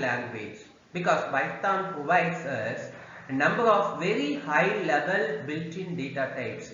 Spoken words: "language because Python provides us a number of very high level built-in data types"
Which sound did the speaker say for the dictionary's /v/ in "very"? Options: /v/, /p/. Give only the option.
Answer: /v/